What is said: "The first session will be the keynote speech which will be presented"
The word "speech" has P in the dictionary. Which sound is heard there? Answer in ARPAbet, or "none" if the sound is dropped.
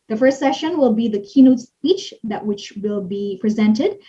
none